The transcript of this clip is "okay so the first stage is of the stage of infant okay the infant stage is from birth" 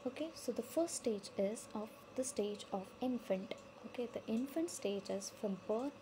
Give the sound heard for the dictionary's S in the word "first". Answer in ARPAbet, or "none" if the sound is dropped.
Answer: S